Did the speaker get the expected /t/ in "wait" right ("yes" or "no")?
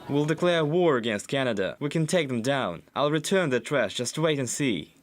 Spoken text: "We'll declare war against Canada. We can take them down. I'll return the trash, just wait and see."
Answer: yes